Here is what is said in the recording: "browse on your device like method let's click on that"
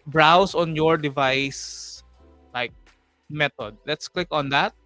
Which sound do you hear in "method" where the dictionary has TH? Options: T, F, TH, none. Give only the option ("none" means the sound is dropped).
T